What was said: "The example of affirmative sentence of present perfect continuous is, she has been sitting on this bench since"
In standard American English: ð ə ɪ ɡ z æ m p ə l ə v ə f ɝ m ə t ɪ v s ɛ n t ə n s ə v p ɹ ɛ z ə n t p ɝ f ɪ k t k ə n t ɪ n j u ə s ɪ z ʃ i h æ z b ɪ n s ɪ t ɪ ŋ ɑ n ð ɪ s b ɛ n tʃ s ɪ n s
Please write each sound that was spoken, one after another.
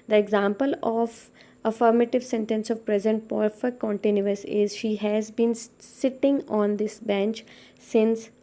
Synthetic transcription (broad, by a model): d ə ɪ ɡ z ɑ m p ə l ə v ə f ɝ m ə t ɪ v s ɛ n t ə n s ə v p ɹ ɛ z ə n t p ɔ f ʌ t k ə n t ɪ n j u ə s ɪ z ʃ i h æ z b ɪ n s ɪ t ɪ ŋ ɑ n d ɪ s b ɛ n tʃ s ɪ n s